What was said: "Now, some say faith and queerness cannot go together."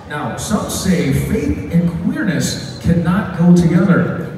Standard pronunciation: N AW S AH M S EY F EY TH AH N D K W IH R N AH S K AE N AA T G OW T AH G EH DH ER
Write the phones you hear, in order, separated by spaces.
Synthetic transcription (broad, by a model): N AW S AH M S EY F EY TH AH N K W IH R N AH S K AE N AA T G OW T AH G EH DH ER